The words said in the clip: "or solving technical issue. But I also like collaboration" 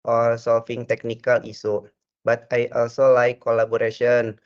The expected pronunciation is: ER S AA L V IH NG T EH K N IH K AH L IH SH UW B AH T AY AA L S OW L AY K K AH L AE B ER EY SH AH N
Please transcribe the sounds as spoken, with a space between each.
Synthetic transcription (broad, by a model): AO S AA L F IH NG T EH K N IH K AH L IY S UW B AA T AY AA L S OW L AY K K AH L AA B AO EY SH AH N